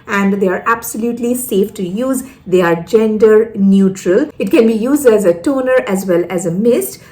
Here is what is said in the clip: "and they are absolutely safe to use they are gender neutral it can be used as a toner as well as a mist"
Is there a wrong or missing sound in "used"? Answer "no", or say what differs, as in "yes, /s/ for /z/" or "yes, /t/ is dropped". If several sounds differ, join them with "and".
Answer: no